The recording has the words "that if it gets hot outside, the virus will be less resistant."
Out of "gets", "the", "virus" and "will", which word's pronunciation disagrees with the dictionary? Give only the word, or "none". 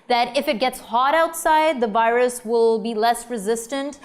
none